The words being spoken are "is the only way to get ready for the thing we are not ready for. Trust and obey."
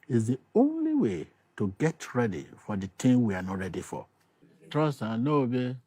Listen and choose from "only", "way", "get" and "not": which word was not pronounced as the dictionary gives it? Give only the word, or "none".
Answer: none